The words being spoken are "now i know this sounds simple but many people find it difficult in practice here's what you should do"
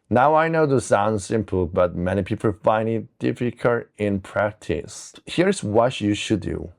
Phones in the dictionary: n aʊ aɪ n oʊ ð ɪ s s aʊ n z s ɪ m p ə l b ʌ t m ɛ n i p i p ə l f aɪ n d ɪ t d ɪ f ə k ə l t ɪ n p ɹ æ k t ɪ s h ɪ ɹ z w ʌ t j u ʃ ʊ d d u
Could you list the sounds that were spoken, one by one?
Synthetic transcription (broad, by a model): n aʊ aɪ n oʊ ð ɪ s s aʊ n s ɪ m p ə l b ʌ t m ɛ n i p i p ə l f aɪ n d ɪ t d ɪ f ə k ə l t ɪ n p ɹ æ k t ɪ s h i ɹ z w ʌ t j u ʃ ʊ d d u